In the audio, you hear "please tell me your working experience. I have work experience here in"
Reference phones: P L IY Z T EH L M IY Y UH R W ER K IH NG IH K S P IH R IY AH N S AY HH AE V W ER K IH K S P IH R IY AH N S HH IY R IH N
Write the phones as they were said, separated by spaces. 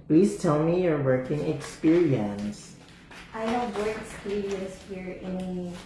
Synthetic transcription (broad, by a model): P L IY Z T EH L M IY Y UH R W ER K IH NG IH K S P IH R IY AH N S AY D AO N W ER IH K S P IH R IY AH N S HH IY R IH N